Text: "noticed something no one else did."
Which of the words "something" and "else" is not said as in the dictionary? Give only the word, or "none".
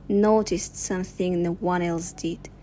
none